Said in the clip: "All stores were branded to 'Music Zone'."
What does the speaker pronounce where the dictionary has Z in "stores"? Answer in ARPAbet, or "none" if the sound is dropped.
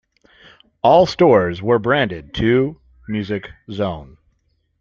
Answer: Z